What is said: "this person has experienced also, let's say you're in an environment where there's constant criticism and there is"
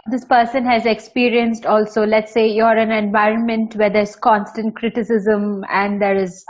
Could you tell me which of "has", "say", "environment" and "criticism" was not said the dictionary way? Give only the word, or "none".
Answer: none